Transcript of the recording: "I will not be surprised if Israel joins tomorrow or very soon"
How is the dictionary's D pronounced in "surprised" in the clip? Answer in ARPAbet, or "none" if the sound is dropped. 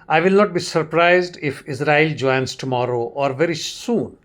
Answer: D